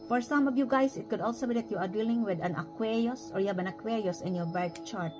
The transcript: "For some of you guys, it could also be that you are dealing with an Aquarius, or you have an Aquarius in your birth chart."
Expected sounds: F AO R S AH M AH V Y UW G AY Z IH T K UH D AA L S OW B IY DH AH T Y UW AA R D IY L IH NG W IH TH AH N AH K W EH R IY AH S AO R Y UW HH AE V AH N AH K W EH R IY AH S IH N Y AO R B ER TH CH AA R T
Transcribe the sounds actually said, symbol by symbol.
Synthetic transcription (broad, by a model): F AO R S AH M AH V Y UW G AY S IH T K UH D AA L S OW B IY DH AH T Y UW AA R D IY L IH NG W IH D AH N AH K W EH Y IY S AO R Y UW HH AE B AH N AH K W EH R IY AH S IH N Y AO R B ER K CH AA R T